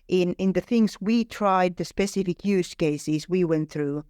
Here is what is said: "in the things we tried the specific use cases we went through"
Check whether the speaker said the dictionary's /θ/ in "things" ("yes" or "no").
yes